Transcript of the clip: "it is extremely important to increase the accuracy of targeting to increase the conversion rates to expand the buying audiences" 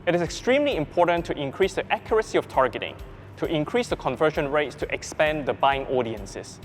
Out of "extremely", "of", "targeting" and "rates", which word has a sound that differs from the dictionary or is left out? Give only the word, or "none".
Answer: of